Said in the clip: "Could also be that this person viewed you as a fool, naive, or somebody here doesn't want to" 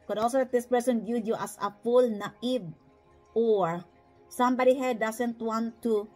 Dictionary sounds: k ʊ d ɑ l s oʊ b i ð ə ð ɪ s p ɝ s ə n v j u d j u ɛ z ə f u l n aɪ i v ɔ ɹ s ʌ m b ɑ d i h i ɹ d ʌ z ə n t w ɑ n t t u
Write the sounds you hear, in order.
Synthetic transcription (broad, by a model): k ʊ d ɑ l s oʊ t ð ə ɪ s p ɝ s ə n b j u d j u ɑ s ə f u l n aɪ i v ɔ ɹ s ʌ m b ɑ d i h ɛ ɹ d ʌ s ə n t w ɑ n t t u